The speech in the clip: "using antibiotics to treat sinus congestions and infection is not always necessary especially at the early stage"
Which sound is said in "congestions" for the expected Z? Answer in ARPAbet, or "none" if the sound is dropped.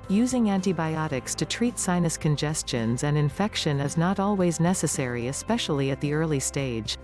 Z